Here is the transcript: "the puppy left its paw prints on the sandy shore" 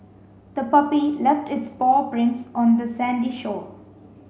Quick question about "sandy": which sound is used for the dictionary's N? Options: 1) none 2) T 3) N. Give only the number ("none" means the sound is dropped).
3